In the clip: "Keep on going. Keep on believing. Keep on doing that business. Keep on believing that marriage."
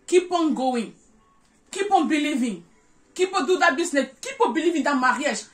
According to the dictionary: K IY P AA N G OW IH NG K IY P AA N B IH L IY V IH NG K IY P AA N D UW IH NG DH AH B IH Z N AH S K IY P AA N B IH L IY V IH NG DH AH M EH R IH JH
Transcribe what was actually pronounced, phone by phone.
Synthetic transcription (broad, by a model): K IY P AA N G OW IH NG K IY P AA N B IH L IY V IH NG K IY P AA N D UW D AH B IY S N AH K IY P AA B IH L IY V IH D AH M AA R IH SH